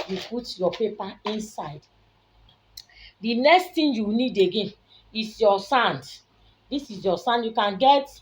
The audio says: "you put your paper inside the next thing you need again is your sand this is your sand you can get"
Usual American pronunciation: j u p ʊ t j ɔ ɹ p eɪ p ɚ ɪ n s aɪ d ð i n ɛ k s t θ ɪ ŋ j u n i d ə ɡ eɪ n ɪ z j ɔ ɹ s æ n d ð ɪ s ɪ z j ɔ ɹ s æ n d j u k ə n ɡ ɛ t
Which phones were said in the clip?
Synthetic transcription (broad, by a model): j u p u t j ɔ p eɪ p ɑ ɪ n s aɪ d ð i n ɛ k s t t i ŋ j u n i d ə ɡ eɪ n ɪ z j ɔ s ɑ n d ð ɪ s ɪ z j ɔ s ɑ n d j u k ə n ɡ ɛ t